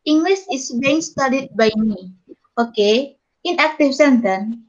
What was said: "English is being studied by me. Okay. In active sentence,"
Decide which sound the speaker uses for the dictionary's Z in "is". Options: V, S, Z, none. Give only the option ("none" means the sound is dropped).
S